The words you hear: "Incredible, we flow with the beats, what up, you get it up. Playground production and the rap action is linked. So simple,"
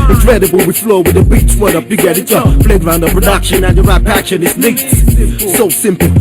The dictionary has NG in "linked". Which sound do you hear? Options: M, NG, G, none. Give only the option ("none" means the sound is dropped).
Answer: none